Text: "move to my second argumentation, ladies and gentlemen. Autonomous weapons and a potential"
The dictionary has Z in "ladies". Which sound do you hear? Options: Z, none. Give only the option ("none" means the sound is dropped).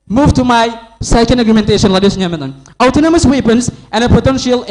none